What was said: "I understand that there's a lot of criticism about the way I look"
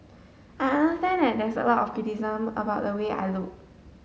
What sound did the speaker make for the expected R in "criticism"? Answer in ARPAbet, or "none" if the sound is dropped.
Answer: none